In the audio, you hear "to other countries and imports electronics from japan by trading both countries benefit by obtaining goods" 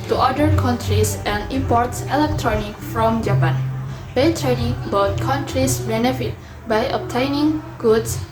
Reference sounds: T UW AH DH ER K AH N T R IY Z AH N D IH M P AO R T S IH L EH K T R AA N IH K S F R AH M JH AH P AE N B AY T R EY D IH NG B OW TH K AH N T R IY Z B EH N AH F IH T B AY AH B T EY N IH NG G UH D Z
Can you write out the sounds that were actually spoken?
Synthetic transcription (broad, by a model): T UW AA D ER K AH N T R IY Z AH N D IH M P AO R T S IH L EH K T R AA N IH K F R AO M JH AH P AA N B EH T R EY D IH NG B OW T K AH N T R IY S B EH N AH F IH T B AY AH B T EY N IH NG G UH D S